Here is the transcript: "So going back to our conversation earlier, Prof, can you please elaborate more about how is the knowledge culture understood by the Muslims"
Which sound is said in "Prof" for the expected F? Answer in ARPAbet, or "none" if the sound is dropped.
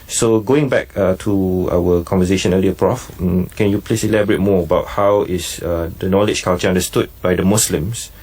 F